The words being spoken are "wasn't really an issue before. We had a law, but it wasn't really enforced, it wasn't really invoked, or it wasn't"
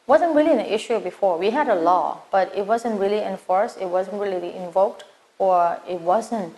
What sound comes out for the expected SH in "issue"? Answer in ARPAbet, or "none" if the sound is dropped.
SH